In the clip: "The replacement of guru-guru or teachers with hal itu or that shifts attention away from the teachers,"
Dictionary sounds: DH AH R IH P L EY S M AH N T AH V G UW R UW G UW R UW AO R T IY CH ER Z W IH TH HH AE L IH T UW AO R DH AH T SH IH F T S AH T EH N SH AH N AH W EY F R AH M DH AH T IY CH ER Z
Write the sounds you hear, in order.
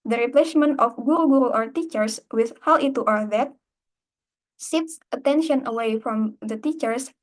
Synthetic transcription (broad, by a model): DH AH R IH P L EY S M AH N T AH F G UW R UW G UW R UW AO R T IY CH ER S W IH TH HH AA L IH T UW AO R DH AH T S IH T S AH T EH N SH AH N AH W EY F R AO M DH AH T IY CH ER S